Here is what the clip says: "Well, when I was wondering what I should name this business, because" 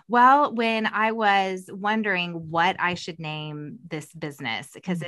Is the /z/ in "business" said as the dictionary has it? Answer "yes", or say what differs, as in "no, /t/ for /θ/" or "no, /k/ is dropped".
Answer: yes